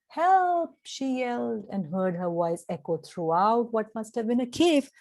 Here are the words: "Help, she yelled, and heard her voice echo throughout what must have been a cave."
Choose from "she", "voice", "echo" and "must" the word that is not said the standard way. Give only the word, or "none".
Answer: voice